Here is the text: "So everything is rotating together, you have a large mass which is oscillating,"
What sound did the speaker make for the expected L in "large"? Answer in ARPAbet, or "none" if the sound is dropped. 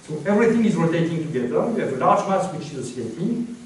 N